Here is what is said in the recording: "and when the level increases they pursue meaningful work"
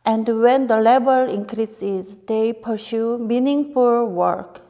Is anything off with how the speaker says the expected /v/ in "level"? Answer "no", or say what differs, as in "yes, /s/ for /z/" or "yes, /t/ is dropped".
yes, /b/ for /v/